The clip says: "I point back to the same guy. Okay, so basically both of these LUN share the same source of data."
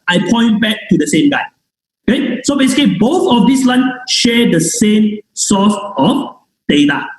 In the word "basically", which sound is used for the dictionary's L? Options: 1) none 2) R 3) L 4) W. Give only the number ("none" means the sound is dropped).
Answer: 1